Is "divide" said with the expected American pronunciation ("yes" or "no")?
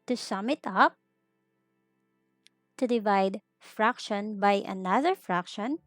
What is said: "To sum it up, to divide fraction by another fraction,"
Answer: yes